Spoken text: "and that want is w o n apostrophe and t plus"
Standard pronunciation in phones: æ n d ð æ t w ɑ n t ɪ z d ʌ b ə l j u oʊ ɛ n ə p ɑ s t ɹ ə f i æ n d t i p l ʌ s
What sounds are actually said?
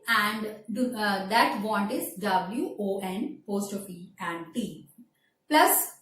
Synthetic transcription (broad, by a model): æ n d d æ t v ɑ n t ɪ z d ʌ b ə l j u oʊ ɛ n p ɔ s t ə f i æ n d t i p l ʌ s